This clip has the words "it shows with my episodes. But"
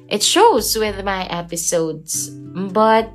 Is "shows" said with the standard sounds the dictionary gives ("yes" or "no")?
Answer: yes